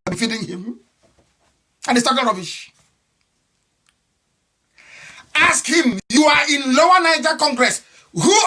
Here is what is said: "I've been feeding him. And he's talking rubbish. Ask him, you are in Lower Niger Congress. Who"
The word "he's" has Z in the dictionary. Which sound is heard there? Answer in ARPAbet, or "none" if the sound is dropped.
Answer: S